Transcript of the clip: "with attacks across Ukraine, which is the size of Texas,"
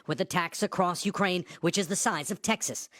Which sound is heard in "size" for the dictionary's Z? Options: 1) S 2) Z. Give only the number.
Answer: 2